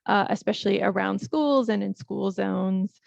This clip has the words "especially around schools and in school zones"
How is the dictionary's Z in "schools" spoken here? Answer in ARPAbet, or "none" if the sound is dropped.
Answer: Z